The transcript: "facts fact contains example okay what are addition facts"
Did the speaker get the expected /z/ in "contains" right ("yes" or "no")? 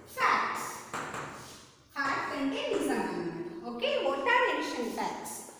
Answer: no